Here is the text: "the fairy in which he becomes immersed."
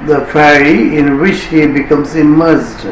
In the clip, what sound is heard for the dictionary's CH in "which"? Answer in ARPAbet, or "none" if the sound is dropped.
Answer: CH